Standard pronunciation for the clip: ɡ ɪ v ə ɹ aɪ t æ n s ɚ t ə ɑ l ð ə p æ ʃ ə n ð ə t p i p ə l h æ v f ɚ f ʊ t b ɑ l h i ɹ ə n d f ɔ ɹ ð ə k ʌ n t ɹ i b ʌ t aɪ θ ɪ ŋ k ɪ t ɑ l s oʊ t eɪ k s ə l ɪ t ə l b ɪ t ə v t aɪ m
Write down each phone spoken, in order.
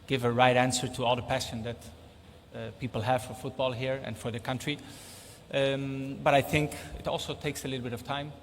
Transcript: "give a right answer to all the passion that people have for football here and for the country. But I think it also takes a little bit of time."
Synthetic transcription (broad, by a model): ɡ ɪ v ə ɹ aɪ t æ n s ɚ t ə ɑ l ð ə p æ ʃ ə n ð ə t p i p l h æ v f ɚ f ʊ t b ɑ l h i ɹ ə n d f ɔ ɹ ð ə k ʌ n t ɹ i b ʌ t aɪ θ ɪ ŋ k ɪ t ɑ l s oʊ t eɪ k s ə l ɪ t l b ɪ t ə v t aɪ m